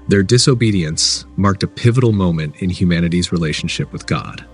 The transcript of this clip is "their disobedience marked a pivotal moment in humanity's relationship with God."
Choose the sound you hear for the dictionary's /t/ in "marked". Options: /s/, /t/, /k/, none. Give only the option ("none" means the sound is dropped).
/t/